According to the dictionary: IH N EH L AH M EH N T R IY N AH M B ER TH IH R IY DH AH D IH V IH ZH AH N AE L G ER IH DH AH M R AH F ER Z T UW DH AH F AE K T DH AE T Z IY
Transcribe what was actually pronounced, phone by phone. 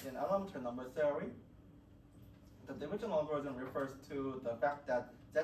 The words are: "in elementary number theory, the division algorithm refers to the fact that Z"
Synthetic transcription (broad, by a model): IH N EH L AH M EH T IY N AH M B ER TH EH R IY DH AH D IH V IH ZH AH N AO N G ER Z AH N R AH F ER Z T UW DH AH F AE K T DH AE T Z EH